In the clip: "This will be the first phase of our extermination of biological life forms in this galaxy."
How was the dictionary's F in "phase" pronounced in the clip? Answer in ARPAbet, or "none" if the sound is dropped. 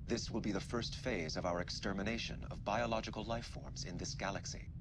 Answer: F